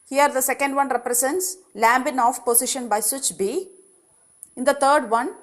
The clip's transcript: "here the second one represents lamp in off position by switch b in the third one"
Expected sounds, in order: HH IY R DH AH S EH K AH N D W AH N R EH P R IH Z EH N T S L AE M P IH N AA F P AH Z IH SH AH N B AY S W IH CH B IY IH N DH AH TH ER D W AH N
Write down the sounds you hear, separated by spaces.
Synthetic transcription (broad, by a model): HH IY R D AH S EH K AH N D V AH N R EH P R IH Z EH N T S L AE M B IH N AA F P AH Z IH SH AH N B AY S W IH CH B IY IH N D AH T ER D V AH N